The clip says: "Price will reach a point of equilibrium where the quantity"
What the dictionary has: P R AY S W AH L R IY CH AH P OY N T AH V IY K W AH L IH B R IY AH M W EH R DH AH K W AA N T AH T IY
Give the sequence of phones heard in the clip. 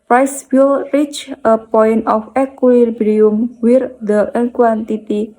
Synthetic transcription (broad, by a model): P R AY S W AH L R IY CH AH P OY N T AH F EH K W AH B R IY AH M W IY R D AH K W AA N T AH T IY